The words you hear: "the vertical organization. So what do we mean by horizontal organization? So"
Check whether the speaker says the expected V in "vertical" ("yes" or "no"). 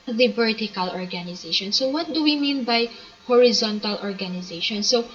no